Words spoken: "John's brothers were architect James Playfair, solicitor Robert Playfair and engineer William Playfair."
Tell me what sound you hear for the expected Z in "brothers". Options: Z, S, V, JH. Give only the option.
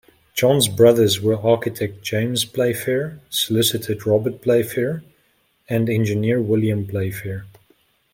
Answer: Z